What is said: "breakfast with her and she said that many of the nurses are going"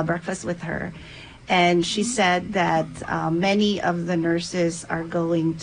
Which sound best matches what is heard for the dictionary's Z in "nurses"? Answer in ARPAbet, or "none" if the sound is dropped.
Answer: Z